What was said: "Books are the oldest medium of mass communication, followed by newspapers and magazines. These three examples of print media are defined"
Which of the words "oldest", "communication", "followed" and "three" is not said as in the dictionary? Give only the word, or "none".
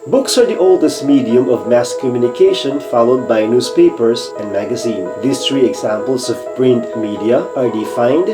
three